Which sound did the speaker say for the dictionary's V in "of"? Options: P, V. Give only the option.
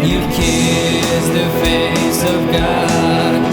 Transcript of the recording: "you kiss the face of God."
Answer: V